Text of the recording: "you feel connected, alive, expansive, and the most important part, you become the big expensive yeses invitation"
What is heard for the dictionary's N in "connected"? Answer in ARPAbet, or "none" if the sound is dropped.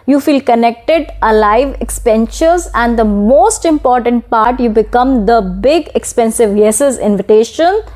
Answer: N